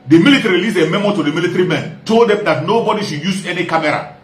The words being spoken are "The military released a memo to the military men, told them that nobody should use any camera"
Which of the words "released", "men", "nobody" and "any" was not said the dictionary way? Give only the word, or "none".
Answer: released